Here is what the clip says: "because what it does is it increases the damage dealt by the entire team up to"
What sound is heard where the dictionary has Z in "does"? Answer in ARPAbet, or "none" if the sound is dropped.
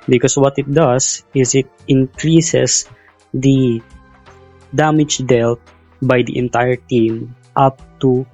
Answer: S